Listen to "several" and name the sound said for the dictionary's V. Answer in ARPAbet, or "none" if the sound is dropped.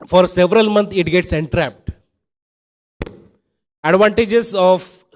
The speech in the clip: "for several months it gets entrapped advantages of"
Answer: V